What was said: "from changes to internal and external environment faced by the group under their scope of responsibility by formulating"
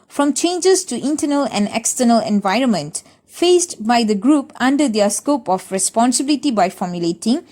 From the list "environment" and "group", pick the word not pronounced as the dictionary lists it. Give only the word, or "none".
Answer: none